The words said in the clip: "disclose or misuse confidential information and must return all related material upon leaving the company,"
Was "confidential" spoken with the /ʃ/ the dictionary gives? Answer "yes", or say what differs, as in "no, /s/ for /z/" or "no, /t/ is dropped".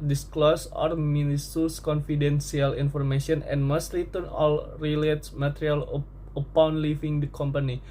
no, /s/ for /ʃ/